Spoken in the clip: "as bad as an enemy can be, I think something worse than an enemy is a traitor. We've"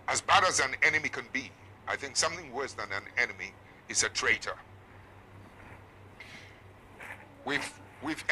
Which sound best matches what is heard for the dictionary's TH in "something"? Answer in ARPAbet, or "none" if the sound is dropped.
TH